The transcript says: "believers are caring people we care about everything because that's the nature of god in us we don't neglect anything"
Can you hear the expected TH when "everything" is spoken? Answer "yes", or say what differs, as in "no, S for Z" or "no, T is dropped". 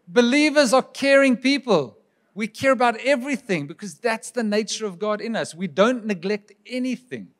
yes